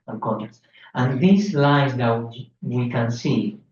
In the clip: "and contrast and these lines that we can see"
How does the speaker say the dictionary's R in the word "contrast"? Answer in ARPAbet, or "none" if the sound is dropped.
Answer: none